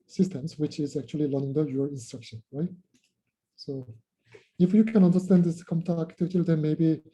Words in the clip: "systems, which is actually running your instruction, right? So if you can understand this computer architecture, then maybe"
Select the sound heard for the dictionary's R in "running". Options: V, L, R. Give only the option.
L